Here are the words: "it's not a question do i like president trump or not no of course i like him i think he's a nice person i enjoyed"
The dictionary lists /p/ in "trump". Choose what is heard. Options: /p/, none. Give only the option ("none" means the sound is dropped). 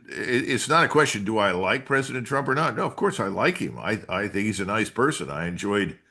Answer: /p/